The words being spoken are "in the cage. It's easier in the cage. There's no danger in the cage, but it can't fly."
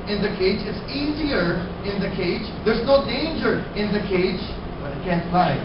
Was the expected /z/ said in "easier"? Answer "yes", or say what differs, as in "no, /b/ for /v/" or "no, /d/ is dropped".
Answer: yes